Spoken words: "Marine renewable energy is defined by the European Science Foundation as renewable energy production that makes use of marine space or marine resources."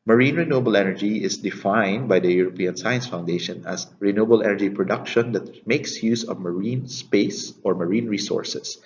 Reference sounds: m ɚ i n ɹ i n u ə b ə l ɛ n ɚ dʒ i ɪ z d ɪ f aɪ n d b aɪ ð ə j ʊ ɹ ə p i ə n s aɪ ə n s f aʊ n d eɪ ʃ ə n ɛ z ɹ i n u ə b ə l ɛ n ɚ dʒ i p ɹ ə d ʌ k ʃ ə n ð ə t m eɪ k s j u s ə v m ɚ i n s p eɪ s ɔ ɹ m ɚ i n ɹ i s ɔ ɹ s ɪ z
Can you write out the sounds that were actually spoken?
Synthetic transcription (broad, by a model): m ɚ i n ɹ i n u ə b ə l ɛ n ɚ dʒ i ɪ s d ɪ f aɪ n d b aɪ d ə j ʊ ɹ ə p i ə n s aɪ ə n s f aʊ n d eɪ ʃ ə n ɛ s ɹ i n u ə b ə l ɛ n ɚ dʒ i p ɹ ə d ʌ k ʃ ə n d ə t m eɪ k s j u s ə v m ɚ i n s p eɪ s ɔ ɹ m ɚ i n ɹ i s ɔ ɹ s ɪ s